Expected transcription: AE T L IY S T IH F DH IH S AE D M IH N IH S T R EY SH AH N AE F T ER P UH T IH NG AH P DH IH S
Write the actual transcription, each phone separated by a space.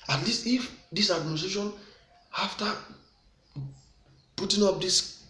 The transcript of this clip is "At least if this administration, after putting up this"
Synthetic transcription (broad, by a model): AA T L IY S T IH F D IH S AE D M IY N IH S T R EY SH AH N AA F T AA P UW T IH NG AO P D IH S